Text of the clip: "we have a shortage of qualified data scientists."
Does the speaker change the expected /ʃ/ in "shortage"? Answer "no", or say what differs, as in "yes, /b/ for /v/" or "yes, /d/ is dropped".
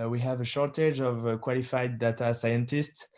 no